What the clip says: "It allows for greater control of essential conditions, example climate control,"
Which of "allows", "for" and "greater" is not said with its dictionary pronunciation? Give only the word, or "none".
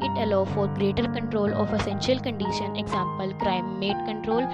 allows